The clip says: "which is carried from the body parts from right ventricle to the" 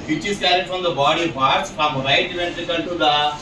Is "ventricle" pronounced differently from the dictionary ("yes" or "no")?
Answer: yes